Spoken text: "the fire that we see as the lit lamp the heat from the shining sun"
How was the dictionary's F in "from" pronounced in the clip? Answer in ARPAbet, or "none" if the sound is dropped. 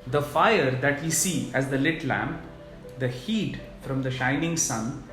F